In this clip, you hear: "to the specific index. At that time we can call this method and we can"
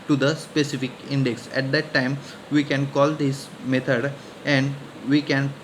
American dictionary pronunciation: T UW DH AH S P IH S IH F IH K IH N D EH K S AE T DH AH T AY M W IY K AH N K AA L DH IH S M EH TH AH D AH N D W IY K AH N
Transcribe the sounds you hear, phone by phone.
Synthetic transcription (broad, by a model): T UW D AH S P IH S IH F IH K IH N D EH K S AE T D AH T AY M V IY K AH N K AA L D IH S M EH T AH D AH N D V IY K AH N